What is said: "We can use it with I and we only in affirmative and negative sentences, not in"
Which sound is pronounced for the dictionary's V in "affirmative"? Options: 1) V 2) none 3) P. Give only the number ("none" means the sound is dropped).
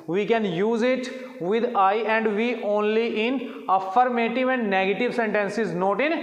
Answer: 1